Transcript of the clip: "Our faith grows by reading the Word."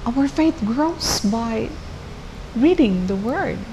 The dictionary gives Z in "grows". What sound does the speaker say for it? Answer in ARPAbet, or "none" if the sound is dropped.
S